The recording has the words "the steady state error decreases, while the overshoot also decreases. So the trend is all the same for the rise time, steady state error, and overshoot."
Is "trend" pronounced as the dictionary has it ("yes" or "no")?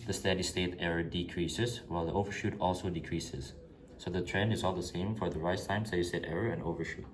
yes